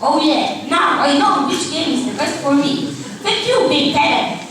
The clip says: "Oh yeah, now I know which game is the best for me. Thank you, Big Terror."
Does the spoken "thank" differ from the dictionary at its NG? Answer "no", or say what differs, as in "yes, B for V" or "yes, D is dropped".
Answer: yes, NG is dropped